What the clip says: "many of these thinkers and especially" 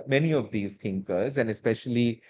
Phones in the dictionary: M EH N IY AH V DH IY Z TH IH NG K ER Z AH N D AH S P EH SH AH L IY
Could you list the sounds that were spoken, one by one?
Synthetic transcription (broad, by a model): M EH N IY AH V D IY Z T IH NG K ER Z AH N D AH S P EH SH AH L IY